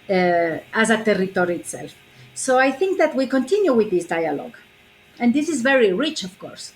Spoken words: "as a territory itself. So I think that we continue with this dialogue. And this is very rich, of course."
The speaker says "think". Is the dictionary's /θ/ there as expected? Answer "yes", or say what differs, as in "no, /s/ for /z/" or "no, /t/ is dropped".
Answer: yes